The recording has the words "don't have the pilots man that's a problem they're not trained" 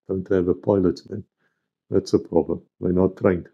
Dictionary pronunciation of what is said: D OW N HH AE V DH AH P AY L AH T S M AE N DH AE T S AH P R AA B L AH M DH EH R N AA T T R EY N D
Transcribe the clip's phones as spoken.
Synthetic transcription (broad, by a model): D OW N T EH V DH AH P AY L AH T M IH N DH AE T S AH P R AA B L AH M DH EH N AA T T R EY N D